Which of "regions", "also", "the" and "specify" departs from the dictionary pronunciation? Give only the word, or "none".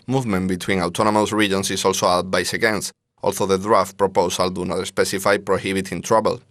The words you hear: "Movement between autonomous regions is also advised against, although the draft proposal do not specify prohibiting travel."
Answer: regions